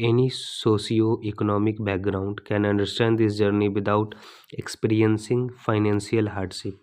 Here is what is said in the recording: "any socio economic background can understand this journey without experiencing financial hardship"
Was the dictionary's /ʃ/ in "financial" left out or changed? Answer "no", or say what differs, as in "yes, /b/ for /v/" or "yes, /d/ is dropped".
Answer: yes, /s/ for /ʃ/